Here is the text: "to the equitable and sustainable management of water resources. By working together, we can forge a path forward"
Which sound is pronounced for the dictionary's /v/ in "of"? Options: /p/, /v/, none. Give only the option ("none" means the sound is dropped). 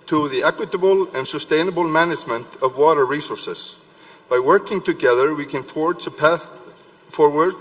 /v/